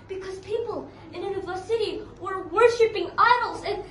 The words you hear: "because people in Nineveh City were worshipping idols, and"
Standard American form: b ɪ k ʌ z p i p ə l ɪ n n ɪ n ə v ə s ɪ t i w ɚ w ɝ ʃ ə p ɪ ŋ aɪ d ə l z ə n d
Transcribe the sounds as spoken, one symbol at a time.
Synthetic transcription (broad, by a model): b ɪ k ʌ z p i p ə l ɪ n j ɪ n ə v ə s ɪ t i w ɚ w ɝ ʃ ə p ɪ ŋ aɪ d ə l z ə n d